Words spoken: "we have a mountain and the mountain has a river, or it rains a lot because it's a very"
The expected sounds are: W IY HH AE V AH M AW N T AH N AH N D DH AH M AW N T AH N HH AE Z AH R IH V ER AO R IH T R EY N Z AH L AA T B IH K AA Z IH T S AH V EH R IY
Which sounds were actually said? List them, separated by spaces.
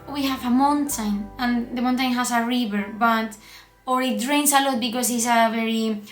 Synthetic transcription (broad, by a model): W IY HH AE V AH M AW N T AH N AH N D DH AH M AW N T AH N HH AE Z AH R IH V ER AO R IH T R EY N S AH L AA T B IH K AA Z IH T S AH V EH R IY